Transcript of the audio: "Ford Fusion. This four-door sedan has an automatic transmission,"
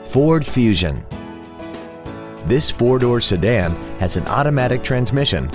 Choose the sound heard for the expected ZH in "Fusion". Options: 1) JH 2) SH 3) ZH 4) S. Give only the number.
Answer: 3